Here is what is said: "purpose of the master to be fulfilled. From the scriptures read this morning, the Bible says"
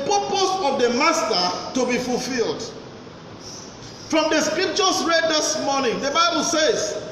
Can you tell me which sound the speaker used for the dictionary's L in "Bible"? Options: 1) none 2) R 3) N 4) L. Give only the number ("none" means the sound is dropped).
4